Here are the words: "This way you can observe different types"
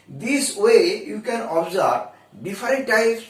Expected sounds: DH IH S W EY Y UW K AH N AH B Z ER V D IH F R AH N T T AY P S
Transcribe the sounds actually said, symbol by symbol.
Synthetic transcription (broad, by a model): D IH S W EY Y UW K AH N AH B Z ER B D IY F R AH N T T AY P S